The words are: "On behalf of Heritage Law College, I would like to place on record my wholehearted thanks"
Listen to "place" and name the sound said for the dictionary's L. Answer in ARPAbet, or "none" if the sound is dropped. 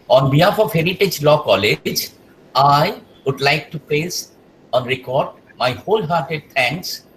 none